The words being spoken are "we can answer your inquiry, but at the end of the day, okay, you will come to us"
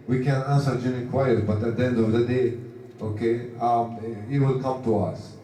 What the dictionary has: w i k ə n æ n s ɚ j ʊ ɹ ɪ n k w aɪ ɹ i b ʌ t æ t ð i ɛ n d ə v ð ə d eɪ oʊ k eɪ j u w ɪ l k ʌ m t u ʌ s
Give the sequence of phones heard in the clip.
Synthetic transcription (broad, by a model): w i k ə n æ n s ɚ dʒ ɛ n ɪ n k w aɪ i b ʌ t æ t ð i ɛ n d ə v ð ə d eɪ oʊ k eɪ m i w ɪ l k ʌ m t u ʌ s